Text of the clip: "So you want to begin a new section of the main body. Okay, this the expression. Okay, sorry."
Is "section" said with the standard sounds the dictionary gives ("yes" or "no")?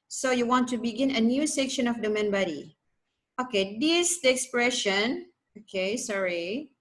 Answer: yes